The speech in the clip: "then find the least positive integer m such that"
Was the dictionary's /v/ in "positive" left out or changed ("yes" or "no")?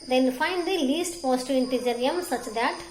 yes